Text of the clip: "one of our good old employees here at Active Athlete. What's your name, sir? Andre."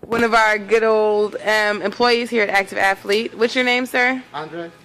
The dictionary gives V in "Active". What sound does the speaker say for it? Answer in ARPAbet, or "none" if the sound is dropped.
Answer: V